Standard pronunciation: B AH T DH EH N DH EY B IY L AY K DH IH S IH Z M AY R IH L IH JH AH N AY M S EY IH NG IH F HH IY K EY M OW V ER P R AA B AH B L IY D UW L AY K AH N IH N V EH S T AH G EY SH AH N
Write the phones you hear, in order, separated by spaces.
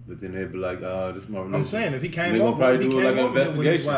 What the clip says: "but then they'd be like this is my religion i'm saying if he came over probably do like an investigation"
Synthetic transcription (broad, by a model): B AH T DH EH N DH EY B IY L AY K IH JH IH S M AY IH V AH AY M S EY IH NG IH F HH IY K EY OW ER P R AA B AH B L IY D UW L AY K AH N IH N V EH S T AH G EY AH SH